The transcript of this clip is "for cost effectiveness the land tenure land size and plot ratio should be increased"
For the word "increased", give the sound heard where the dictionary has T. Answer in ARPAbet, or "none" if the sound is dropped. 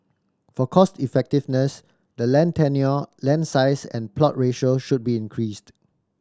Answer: T